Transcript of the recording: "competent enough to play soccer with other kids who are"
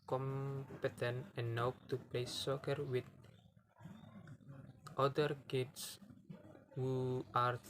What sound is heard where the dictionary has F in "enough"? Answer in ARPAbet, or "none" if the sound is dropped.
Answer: P